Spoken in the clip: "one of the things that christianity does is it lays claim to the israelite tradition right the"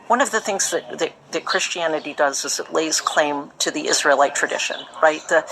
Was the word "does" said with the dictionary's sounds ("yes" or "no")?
yes